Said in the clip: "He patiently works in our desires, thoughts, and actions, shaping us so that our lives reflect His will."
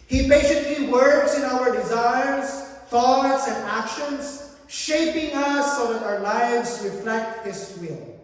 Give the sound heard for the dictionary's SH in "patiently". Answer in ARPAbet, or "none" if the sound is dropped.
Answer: S